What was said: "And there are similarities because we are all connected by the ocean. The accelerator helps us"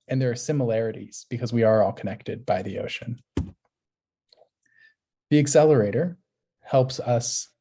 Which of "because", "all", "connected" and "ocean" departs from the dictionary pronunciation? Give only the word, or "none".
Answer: none